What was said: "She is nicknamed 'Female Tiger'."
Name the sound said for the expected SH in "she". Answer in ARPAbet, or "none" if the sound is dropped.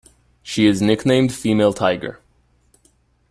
SH